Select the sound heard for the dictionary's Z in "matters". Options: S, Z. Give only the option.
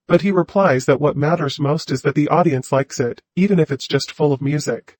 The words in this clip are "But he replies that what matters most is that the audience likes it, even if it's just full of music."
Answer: Z